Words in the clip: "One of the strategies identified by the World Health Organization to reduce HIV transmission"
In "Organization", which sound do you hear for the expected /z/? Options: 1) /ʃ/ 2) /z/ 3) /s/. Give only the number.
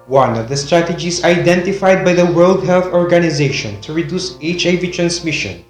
2